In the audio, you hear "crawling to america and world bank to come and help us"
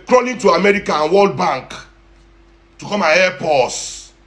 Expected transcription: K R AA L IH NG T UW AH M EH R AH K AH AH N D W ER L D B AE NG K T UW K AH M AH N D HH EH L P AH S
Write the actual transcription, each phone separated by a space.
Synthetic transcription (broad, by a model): K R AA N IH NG T UW AH M EH R AH K AH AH N W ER L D B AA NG K T UW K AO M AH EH P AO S